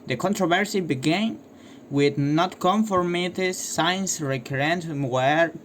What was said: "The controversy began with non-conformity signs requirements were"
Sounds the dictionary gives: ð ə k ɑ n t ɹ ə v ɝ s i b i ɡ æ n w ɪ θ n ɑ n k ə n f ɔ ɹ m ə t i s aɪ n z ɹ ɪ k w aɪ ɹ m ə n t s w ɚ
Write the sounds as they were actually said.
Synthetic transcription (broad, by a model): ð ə k ɑ n t ɹ ə v ɝ s i b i ɡ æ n w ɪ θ n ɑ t k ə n f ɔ ɹ m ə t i s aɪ n s ɹ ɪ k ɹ ə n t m w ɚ